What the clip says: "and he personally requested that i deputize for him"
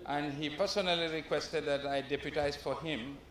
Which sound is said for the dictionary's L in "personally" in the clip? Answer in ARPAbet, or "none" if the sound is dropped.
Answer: L